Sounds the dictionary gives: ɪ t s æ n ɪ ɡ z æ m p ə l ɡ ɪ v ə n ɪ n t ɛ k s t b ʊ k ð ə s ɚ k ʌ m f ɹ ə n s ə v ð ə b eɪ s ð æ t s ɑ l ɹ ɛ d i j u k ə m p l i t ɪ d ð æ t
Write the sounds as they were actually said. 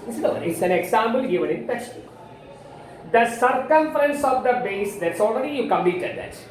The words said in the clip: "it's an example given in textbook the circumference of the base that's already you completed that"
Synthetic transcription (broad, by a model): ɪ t s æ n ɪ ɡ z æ m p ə l ɡ ɪ v ə n ɪ n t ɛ s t ɪ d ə s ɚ k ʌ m f ɹ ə n s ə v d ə b eɪ s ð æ t s ɑ l ɹ ɛ d i j u k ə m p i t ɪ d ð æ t